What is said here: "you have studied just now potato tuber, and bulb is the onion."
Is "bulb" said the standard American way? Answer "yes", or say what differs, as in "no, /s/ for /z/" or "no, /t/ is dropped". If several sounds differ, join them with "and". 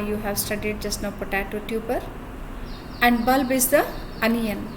yes